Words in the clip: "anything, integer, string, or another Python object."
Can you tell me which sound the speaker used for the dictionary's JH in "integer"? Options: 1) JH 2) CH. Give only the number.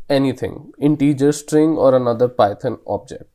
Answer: 1